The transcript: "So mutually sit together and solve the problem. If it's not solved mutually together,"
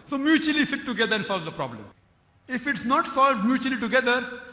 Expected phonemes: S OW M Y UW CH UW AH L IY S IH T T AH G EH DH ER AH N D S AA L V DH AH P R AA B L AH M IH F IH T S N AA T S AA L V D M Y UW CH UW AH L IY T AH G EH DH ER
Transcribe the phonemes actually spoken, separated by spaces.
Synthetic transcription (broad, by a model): S OW M Y UW CH UW AH L IY S IH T T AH G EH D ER AH N D S AA L V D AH P R AA B L AH M IH F IH T S N AA T S AA L V D M Y UW CH UW AH L IY T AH G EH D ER